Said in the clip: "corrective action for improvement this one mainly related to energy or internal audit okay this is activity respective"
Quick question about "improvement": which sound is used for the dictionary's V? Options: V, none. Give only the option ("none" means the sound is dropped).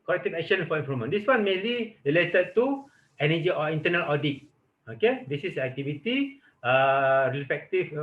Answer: none